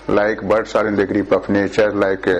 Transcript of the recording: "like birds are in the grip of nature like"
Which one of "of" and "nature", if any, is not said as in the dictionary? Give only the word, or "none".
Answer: of